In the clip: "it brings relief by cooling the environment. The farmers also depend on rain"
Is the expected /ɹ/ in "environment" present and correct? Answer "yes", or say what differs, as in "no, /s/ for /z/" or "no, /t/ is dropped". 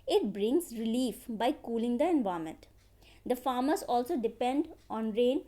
no, /ɹ/ is dropped